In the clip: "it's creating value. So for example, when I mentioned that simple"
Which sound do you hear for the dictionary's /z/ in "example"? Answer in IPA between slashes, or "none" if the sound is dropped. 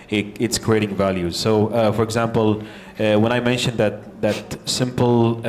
/z/